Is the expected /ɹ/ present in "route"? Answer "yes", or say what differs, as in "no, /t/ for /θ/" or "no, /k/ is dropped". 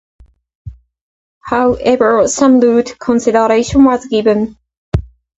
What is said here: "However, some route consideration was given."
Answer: no, /l/ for /ɹ/